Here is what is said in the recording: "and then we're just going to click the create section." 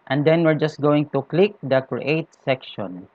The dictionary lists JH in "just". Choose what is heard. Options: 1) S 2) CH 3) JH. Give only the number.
3